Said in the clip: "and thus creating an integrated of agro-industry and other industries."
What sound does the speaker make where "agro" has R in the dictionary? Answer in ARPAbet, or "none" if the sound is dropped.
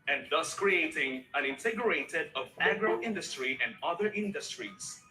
R